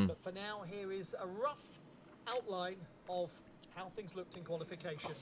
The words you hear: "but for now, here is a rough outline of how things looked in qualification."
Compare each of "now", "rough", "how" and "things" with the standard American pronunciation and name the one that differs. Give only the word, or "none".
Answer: none